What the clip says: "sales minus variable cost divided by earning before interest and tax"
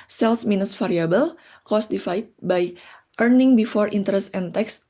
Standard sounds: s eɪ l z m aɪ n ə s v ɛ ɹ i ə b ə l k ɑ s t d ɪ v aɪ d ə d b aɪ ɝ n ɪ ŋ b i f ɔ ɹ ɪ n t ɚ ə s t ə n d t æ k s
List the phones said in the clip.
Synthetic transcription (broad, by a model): s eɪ l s m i n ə s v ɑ ɹ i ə b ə l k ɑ s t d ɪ f aɪ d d b aɪ ɝ n ɪ ŋ b i f ɔ ɹ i n t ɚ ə s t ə n t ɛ k s